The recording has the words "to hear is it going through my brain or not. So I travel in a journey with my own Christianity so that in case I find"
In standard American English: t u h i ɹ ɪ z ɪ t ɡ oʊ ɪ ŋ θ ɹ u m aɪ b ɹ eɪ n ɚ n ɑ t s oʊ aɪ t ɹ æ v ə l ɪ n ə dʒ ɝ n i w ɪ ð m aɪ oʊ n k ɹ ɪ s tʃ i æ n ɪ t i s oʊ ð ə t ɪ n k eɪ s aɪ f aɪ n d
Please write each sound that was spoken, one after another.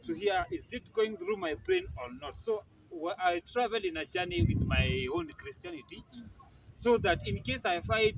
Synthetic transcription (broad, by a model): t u h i ɹ ɪ z ɪ t ɡ oʊ ɪ ŋ θ ɹ u m aɪ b ɹ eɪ n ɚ n ɑ t s oʊ aɪ t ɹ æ v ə l ɪ n ə dʒ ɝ n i w ɪ ð m aɪ oʊ n k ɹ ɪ s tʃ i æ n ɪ t i s oʊ ð ə t ɪ n k eɪ s aɪ f aɪ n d